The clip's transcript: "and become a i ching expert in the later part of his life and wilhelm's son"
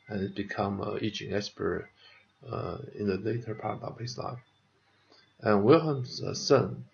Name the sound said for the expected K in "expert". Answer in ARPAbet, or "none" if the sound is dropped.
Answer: none